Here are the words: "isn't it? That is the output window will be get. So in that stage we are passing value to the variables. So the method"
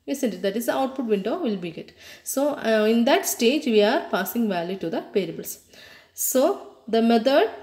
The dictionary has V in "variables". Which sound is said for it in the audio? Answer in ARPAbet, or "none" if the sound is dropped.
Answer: P